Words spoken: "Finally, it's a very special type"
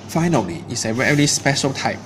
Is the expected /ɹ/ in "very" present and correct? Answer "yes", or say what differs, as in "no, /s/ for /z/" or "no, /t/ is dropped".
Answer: no, /l/ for /ɹ/